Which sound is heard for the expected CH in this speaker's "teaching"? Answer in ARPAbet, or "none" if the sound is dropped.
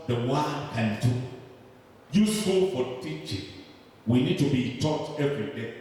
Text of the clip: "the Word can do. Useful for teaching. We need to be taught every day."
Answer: CH